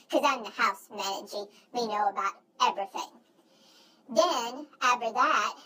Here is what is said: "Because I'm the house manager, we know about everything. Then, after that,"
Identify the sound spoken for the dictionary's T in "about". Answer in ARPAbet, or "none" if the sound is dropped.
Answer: T